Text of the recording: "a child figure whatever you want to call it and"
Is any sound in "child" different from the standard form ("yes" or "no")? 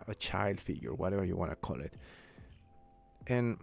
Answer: no